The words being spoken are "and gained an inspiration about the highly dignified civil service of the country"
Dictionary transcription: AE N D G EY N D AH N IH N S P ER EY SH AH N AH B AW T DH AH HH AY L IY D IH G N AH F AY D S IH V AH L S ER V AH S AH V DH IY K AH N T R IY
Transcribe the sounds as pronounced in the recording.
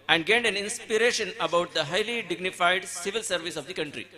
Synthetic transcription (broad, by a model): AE N D G EY N D AH N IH N S P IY EY SH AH N AH B AW T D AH HH AY L IY D IH G N AH F AY D S IH V AH L S ER V AH S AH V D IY K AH N T R IY